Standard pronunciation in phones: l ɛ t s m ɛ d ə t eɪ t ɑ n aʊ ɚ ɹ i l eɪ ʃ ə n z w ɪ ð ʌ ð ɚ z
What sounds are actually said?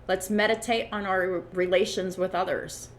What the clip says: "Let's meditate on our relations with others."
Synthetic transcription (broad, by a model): l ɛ t s m ɛ d ə t eɪ t n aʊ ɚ ɹ i l eɪ ʃ ə n z w ɪ ð ʌ ð ɚ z